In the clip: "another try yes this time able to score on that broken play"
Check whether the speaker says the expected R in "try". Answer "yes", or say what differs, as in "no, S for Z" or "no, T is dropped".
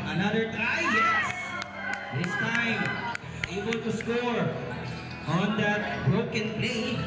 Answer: no, R is dropped